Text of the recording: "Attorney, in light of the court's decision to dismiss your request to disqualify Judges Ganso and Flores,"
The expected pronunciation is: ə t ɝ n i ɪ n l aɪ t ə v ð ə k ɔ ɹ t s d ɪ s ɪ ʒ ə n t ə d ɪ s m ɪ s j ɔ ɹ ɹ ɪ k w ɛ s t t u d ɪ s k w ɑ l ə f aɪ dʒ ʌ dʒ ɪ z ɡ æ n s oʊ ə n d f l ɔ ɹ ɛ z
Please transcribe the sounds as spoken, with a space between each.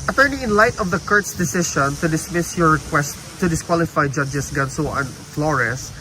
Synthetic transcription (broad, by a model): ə t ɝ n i ɪ n l aɪ t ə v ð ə k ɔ ɹ t s d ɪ s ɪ ʃ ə n t ə d ɪ s m ɪ s j ɔ ɹ ɹ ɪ k w ɛ s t t u d ɪ s k w ɑ l ə f aɪ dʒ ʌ dʒ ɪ s ɡ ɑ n s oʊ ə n f l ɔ ɹ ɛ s